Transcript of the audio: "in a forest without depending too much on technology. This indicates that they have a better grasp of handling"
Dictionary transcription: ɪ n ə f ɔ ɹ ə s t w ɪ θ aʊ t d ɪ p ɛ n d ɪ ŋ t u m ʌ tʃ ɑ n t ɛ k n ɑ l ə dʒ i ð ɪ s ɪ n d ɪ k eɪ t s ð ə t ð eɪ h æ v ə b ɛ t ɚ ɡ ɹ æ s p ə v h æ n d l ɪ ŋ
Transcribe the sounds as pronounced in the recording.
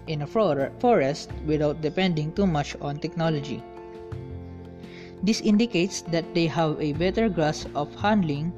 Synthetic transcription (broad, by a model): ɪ n ə f ɔ ɹ ə s t w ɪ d aʊ t d ɪ p ɛ n d ɪ ŋ t u m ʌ tʃ ɑ n t ɛ k n ɑ l ə dʒ i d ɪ s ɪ n d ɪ k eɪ t s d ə t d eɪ h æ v ə b ɛ t ɚ ɡ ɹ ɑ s ə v h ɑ n d l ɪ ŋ